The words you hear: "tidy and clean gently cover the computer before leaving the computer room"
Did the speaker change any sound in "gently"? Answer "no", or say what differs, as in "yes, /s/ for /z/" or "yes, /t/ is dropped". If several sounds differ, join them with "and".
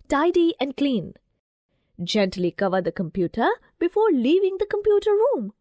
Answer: no